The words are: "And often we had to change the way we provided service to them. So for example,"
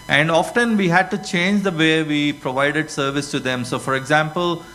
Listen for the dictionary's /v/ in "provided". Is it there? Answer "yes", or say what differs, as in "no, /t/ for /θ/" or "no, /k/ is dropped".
yes